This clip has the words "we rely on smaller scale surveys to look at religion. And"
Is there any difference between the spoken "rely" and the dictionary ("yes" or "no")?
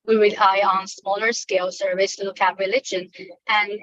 yes